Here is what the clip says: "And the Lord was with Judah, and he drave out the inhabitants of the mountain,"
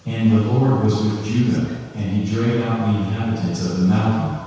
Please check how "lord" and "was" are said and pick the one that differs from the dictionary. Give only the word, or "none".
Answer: none